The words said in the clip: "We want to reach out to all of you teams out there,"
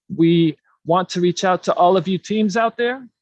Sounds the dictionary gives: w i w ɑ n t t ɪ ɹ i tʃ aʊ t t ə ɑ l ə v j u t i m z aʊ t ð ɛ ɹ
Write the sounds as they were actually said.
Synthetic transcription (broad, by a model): w i w ɑ n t t ɪ ɹ i tʃ aʊ t t ɑ l ə v j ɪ t i m z aʊ t ð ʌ ɹ